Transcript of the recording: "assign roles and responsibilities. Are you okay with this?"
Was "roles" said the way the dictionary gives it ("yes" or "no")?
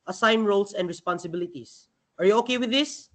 no